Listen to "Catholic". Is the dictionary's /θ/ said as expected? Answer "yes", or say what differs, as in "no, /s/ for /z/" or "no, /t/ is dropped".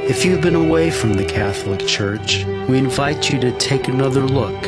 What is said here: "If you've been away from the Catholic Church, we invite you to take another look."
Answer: yes